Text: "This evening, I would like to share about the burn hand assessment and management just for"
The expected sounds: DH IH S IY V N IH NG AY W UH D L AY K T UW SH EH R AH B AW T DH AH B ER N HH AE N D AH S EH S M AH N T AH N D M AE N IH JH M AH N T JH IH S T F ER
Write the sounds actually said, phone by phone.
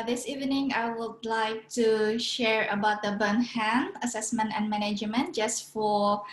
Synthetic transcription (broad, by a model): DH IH S IY V N IH NG AY W UH D L AY K T UW SH EH R AH B AW T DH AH B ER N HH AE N AH S EH S M AH N T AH N M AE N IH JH M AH N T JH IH S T F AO